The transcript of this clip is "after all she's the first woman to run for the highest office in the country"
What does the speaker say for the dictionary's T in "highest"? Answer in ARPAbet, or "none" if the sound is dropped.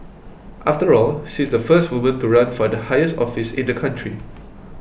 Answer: T